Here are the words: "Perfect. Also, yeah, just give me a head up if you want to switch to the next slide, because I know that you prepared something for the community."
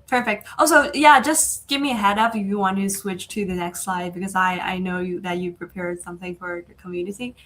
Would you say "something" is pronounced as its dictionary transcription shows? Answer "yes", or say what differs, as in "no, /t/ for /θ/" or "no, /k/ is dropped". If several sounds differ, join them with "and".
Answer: yes